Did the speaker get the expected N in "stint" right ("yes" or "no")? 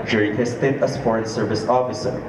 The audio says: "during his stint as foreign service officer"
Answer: no